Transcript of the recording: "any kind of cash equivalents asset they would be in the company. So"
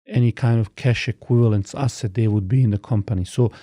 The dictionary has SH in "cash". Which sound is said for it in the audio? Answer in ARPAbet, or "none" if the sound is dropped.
SH